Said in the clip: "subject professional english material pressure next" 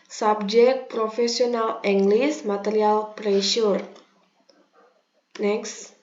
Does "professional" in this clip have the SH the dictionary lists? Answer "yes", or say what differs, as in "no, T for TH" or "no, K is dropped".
no, S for SH